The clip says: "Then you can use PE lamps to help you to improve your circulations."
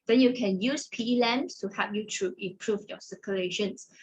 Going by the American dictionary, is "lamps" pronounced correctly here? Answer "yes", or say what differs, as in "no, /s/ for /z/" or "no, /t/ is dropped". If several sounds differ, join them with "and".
no, /p/ is dropped